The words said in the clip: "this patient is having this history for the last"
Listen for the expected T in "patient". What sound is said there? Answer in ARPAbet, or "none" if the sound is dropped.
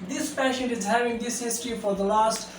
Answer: none